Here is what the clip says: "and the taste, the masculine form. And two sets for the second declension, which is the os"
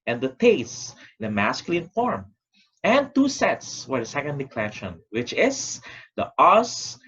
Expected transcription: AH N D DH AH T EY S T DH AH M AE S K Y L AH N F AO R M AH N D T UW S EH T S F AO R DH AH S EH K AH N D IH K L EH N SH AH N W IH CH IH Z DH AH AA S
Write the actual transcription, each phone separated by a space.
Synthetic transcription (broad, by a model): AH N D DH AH T EY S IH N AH M AE S K Y L AH N F AO R M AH N T UW S EH T S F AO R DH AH S EH K AH N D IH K L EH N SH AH N W IH CH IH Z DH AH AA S